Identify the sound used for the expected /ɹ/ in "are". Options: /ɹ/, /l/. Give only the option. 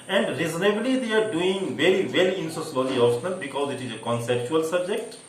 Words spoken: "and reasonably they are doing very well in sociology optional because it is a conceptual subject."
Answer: /ɹ/